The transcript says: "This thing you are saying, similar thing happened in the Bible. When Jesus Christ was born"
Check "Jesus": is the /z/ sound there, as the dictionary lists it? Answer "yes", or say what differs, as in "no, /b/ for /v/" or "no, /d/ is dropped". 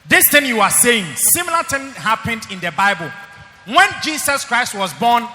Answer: no, /s/ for /z/